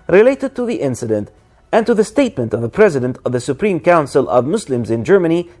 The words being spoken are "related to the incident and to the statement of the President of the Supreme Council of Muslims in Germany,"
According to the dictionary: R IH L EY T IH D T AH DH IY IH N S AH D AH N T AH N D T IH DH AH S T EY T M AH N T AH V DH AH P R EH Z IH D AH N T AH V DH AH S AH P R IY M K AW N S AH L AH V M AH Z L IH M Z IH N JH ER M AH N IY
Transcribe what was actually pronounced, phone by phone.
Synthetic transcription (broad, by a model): R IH L EY T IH D T AH DH IY IH N S AH D AH N T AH N T IH DH AH S T EY T M AH N T AH V DH AH P R EH Z IH D AH N T AH V DH AH S AH P R IY M K AW N S AH L AH V M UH S L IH M Z IH N JH ER M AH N IY